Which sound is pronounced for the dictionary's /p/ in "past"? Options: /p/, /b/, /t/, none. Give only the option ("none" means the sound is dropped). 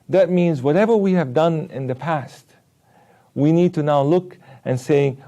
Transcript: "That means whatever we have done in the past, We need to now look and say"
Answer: /p/